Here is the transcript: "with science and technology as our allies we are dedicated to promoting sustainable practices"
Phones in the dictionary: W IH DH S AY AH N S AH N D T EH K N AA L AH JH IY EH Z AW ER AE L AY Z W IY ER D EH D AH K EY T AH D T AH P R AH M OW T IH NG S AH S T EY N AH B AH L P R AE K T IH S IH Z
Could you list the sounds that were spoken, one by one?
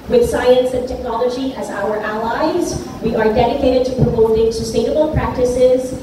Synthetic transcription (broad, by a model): W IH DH S AY AH N S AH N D T EH K N AA L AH JH IY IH Z AW ER AE L AY Z W IY ER D EH D AH K EY T AH D T AH P R AH M OW T IH NG S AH S T EY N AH B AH L P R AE K T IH S IH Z